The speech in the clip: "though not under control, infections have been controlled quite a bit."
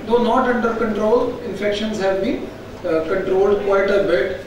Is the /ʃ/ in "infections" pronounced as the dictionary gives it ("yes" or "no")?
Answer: yes